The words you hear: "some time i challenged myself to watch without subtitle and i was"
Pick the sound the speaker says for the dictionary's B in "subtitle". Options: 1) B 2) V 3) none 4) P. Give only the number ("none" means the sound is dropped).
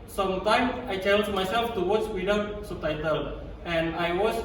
3